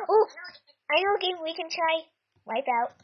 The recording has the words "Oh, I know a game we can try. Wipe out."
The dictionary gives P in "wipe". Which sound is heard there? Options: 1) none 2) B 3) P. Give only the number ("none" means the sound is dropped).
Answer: 3